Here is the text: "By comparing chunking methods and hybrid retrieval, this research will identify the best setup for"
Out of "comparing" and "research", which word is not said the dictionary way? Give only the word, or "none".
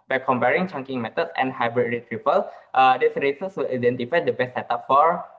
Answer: research